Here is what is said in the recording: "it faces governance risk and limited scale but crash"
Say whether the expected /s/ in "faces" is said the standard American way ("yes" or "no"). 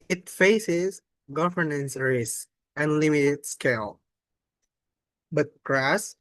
yes